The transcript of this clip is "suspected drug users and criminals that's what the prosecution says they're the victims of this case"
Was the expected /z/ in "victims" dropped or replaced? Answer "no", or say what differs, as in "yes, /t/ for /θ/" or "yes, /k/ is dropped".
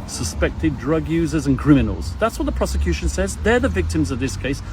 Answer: no